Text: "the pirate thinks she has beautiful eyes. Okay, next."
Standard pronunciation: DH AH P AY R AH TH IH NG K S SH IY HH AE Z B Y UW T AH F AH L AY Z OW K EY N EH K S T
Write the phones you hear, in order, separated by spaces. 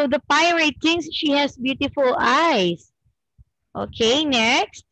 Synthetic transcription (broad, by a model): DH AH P AY R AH T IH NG S SH IY HH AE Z B Y UW T AH F AH L AY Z OW K EY N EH K S T